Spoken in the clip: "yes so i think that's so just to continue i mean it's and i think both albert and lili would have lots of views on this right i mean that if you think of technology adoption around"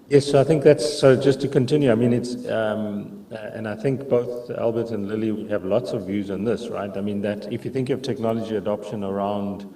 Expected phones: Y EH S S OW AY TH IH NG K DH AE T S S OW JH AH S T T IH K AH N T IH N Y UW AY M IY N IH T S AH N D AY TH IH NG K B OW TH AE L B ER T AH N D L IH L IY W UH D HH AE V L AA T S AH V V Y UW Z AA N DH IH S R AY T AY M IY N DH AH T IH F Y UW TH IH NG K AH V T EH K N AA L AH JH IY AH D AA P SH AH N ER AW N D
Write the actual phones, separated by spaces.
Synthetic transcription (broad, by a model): Y EH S S OW AY TH IH NG K DH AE T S S OW JH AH S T T IH K AH N T IH N Y UW AY M IY N IH T S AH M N AY TH IH NG K B OW TH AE L B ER T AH N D L IH L IY W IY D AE V L AA T S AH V V Y UW Z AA N DH IH S R AY T AY M IY N DH AH T IH F Y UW TH IH NG K AH V T EH K N AA L AH JH IY AH D AA P SH AH N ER AW N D